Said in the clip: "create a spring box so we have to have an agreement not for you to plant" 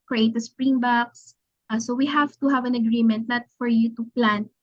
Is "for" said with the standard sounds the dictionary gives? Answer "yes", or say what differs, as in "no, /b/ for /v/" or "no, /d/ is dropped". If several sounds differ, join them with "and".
yes